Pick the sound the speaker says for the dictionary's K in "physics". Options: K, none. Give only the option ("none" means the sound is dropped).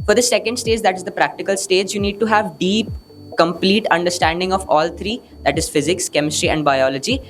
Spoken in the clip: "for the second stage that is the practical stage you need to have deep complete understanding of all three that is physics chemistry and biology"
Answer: K